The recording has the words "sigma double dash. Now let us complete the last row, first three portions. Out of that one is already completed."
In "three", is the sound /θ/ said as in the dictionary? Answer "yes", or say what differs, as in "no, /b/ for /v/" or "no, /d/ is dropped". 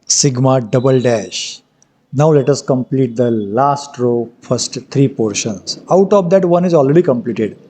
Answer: no, /t/ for /θ/